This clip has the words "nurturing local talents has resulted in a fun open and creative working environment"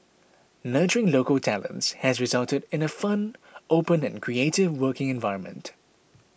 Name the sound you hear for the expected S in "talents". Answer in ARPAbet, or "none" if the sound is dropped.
S